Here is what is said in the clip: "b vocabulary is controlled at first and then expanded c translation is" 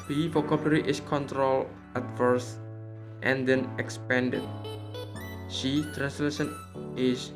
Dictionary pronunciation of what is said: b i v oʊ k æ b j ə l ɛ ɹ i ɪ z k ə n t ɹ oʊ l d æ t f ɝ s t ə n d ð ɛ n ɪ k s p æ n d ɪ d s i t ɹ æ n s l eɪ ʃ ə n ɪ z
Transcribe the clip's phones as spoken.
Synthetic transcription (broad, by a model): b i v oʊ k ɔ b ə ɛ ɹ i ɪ s k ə n t ɹ oʊ l æ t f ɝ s t ə n d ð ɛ n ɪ k s p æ n d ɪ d ʃ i t ɹ æ n s l eɪ ʃ ə n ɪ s